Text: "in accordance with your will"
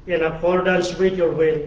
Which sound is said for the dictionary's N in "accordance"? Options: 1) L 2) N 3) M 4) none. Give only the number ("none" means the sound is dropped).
1